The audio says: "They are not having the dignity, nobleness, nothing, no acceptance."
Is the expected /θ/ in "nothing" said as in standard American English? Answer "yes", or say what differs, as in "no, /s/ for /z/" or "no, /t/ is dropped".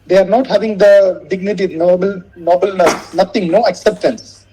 no, /t/ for /θ/